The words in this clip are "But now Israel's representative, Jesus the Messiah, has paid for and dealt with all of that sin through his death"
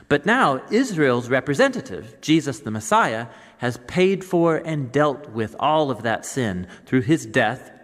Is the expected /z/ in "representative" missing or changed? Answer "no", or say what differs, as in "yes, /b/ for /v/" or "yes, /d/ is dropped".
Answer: no